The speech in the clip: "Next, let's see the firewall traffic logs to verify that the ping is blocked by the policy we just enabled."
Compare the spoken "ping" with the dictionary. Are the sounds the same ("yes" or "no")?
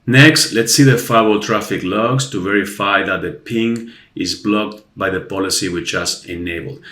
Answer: yes